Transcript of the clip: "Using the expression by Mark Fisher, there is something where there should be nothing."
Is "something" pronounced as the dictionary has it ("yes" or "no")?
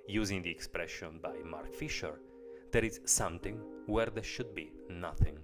no